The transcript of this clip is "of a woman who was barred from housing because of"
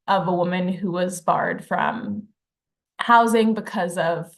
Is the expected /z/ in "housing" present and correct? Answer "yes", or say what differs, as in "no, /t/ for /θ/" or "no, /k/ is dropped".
yes